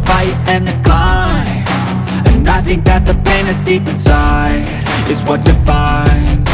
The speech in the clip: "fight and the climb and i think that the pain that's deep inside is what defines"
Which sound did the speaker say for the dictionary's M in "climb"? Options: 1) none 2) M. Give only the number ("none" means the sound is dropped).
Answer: 1